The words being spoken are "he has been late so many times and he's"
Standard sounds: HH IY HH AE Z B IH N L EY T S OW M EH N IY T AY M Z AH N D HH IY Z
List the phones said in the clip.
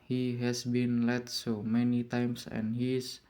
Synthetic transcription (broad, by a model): HH IY HH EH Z B IH N L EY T S OW M EH N IY T AY M S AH N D HH IY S